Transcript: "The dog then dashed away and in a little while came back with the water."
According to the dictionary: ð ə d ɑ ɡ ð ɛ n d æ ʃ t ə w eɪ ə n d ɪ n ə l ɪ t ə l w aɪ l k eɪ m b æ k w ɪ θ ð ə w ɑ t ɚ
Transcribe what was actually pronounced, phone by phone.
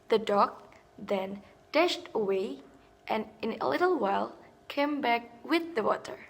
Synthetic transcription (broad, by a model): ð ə d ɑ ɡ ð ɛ n d æ ʃ t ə w eɪ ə n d ɪ n ə l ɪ t l w aɪ l k eɪ m b æ k w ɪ ð ə w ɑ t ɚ